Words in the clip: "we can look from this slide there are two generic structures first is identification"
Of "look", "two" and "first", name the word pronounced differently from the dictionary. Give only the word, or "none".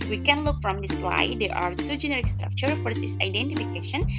first